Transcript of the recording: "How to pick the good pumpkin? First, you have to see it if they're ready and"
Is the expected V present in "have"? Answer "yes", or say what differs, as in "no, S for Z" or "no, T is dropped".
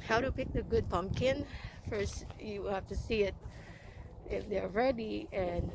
no, F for V